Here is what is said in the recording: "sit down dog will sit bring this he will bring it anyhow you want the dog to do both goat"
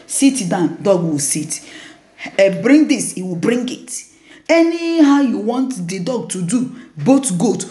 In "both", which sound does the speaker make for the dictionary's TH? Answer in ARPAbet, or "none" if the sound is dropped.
T